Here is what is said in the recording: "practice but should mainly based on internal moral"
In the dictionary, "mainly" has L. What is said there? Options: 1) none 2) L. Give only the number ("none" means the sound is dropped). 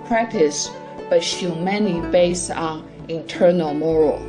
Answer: 1